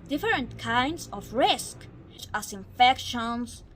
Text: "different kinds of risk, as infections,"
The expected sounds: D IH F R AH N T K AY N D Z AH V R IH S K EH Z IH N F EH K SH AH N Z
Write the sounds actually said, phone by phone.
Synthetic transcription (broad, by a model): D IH F R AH N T K AY N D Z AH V R IH S K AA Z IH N F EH K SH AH N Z